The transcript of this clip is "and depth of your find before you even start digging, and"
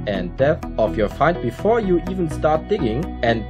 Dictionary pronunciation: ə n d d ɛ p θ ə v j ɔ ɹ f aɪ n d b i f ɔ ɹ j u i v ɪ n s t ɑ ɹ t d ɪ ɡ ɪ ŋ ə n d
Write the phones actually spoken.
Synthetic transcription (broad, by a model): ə n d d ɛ θ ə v j ɔ ɹ f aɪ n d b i f ɔ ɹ j u i v ɪ n s t ɑ ɹ t d ɪ ɡ ɪ ŋ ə n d